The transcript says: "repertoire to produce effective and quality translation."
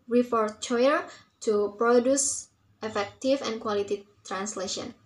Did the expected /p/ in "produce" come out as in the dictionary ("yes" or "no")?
yes